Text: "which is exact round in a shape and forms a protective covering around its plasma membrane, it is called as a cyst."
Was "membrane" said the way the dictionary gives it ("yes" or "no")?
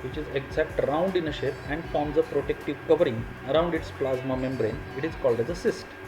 yes